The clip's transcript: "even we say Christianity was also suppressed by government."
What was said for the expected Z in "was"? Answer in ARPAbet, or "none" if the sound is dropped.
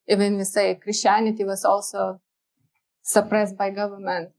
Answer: S